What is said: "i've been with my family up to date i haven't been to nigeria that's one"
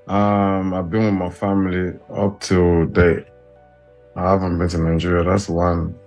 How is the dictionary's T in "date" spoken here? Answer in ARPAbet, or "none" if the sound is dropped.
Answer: none